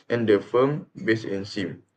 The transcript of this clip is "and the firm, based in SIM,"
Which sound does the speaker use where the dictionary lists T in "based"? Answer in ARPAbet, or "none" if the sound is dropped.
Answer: none